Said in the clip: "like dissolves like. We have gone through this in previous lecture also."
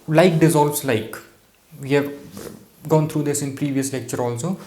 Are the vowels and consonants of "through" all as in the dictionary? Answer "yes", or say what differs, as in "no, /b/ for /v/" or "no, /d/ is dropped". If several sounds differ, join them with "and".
no, /t/ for /θ/